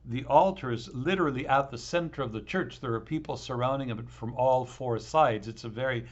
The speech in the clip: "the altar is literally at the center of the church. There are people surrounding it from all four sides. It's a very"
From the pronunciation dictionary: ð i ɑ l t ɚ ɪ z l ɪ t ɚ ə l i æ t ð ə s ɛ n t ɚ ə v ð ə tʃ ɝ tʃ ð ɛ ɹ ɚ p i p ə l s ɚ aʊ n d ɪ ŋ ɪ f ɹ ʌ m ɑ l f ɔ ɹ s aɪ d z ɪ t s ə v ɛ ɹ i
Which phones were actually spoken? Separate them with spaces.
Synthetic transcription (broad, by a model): ð i ɑ l t ɚ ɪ z l ɪ t ɚ l i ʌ t ð ə s ɛ n t ɚ ə v ð ə tʃ ɝ tʃ ð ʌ ɹ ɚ p i p l s ɚ aʊ n d ɪ ŋ ɪ f ɹ ʌ m ɑ l f ɔ ɹ s aɪ d z ɪ t s ə v ɛ ɹ i